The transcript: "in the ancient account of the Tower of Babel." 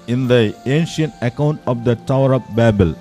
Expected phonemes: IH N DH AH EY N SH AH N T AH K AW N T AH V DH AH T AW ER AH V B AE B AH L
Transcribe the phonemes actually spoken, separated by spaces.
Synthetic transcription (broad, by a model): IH N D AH EY N SH AH N T AH K AW N T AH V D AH T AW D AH P B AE B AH L